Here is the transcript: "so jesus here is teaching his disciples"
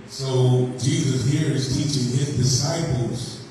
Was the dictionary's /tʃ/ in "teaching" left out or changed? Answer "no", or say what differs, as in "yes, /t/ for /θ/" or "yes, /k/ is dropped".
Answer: no